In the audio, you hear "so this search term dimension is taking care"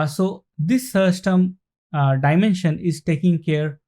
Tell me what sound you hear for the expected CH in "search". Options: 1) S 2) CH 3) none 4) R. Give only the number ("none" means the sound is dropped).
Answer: 1